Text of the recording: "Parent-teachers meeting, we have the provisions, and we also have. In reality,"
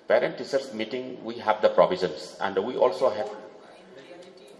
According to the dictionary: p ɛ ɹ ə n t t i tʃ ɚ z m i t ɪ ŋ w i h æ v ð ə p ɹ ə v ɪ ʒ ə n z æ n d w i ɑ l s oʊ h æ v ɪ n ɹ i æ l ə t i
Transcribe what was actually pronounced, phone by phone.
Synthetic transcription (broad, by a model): p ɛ ɹ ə n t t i s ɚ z m i t ɪ ŋ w i h æ v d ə p ɹ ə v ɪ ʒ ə n s æ n d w i ɑ l s oʊ h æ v